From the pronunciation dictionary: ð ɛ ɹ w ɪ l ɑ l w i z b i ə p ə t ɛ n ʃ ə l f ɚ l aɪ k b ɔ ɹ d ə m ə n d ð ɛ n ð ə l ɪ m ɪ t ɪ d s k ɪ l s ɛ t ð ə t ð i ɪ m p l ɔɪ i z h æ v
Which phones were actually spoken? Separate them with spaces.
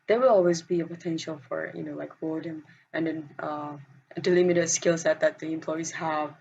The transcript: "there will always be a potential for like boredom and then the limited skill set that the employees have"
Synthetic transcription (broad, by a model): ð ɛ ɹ w ɪ l ɑ l w i z b i ə p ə t ɛ n ʃ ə l f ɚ l aɪ k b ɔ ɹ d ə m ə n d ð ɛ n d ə l ɪ m ɪ t ɪ d s k ɪ l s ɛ t ð ə t ð i ɪ m p l ɔɪ i z h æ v